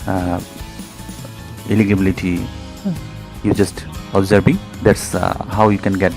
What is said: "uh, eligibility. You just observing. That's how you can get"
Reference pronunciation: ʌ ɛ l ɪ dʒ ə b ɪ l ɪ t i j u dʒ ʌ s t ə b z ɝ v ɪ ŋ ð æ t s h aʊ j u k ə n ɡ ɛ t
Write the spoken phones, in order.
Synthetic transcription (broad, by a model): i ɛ l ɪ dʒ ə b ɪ l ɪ t i j u dʒ ʌ s t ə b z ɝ b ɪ ŋ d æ t s h aʊ j u k ə n ɡ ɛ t